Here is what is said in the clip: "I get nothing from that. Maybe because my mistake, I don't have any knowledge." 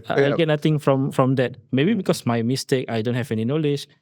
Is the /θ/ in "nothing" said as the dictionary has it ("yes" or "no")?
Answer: no